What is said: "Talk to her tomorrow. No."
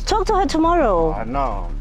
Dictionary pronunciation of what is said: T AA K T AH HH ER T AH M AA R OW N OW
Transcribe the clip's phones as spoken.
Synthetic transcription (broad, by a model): T AA K T AH HH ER T AH M AA R OW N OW